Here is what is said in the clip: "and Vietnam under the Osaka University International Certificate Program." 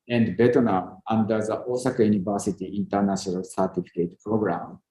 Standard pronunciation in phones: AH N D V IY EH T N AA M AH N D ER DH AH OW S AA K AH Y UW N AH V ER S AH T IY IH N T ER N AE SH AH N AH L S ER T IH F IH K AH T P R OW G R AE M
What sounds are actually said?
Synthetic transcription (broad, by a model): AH N D B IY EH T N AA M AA N D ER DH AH OW S AA K AH Y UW N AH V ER S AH T IY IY N T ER N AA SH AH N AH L S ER T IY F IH K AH T P R OW G R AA M